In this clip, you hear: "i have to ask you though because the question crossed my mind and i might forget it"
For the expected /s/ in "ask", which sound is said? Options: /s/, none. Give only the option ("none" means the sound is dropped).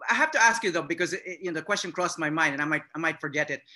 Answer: /s/